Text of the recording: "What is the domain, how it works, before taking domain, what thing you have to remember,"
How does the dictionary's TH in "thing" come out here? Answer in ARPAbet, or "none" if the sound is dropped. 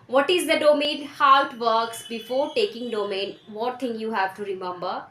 T